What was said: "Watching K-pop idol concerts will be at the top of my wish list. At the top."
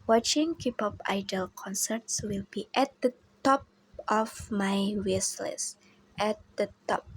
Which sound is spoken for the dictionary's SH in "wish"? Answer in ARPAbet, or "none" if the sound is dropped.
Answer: S